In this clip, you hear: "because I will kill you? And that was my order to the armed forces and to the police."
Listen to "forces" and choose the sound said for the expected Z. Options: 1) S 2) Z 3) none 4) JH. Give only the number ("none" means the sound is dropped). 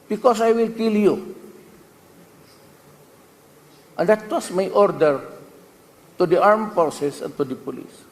1